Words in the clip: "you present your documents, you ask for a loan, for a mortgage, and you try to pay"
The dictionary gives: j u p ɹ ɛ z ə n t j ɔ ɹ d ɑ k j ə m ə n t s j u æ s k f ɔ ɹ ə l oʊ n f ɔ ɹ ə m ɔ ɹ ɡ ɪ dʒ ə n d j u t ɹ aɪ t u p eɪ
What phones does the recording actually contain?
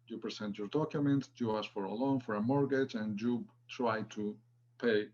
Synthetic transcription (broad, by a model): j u p ɹ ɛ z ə n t j ɔ ɹ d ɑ k j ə m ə n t j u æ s f ɔ ɹ ə l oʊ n f ɔ ɹ ə m ɔ ɹ ɡ ɪ dʒ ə n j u t ɹ aɪ t u p eɪ